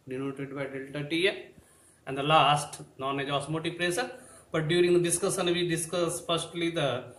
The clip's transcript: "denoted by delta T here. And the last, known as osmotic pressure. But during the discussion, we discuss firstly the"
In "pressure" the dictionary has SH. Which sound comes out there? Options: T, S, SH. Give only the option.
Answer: S